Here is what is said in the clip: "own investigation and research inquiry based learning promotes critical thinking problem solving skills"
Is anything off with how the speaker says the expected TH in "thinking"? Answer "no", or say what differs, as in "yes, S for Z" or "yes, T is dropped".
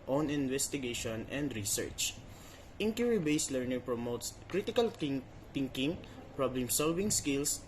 yes, T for TH